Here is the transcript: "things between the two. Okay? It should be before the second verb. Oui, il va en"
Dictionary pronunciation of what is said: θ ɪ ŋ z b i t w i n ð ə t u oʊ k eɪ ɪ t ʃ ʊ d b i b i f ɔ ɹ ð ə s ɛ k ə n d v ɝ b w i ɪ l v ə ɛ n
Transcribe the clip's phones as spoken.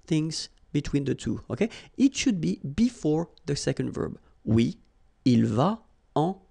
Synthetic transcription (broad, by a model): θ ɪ ŋ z b i t w i n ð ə t u oʊ k eɪ ɪ t ʃ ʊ d b i b i f ɔ ɹ ð ə s ɛ k ə n d v ɝ b w i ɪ l v ə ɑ